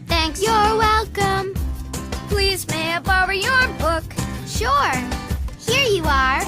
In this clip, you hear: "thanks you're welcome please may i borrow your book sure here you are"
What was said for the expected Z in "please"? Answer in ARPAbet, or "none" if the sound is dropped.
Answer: Z